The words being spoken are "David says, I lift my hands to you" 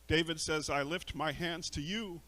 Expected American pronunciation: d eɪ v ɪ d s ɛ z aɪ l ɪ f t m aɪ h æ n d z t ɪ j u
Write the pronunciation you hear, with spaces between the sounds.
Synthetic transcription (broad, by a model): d eɪ v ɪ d s ɛ z aɪ l ɪ f t m aɪ h æ n d z t ɪ j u